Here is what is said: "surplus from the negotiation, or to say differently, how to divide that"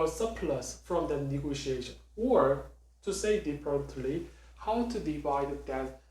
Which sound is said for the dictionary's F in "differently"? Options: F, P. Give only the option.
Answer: P